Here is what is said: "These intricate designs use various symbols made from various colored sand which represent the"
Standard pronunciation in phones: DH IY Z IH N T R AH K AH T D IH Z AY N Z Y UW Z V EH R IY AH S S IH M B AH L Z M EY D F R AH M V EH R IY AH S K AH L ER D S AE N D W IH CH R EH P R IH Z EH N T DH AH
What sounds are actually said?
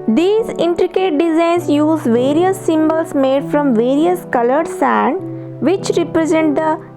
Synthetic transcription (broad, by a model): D IY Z IH N T R AH K AH T D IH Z AY N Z Y UW Z V EH R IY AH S S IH M B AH L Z M EY D F R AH M V EH R IY AH S K AH L ER D S AE N D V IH CH R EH P R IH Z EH N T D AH